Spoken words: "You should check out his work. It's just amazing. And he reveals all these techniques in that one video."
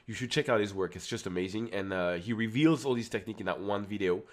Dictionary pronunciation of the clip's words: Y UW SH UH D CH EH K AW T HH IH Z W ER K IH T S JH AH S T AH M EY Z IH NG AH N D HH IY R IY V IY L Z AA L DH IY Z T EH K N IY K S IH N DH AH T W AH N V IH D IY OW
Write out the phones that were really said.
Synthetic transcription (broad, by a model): Y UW SH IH D CH EH K AW T HH IH Z W ER K IH T S JH AH S T AH M EY Z IH NG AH N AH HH IY R IY V IY L Z AA L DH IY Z T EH K N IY K IH N DH AH T W AH N V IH D IY OW